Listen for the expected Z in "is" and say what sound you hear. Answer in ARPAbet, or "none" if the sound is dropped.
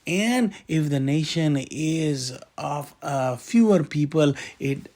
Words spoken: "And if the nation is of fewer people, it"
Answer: Z